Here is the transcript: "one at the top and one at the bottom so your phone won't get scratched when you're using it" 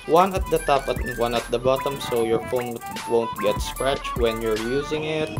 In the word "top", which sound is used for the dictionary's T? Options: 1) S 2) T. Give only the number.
2